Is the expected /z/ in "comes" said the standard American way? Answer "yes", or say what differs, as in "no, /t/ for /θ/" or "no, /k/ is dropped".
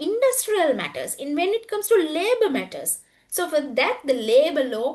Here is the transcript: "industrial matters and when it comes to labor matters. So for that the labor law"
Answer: no, /s/ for /z/